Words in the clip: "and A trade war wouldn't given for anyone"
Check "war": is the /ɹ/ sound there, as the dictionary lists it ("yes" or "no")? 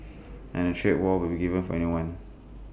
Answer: no